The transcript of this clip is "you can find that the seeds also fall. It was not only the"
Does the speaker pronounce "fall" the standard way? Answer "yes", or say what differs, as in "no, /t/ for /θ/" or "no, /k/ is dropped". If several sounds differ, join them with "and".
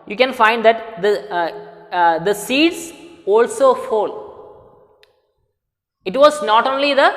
yes